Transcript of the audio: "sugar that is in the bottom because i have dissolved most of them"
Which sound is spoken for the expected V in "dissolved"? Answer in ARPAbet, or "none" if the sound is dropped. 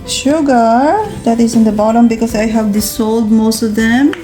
none